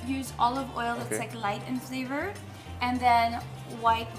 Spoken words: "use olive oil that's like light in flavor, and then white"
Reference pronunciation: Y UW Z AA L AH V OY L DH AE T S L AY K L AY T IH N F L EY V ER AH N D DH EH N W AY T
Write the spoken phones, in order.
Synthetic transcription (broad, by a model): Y UW Z AA L AH V OY L DH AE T S L AY K L AY T IH N F L EY V ER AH N DH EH N W AY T